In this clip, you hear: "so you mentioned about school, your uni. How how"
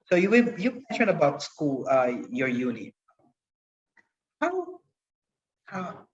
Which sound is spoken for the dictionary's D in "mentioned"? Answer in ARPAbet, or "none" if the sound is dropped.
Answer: none